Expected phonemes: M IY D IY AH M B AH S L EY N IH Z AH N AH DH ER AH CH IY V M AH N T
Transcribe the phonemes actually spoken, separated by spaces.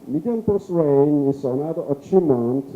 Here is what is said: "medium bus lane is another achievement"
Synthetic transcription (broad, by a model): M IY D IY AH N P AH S W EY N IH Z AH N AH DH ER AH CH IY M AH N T